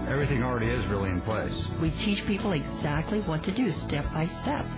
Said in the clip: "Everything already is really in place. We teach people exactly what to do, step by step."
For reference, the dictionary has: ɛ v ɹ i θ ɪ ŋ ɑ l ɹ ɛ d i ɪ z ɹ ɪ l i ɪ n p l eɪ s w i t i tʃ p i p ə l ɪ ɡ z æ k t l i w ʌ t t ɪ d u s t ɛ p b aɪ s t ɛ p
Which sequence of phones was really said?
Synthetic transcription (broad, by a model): ɛ v ɹ i θ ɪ ŋ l ɹ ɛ d i ɪ z ɹ ɪ l i ɪ n p l eɪ s w i t i tʃ p i p l ɪ ɡ z æ k t l i w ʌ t t ɪ d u s t ɛ p b aɪ s t ɛ p